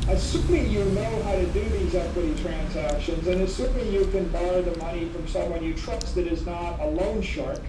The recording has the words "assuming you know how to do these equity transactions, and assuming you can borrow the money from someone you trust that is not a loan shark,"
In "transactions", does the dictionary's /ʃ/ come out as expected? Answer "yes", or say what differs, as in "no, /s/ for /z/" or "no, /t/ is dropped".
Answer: yes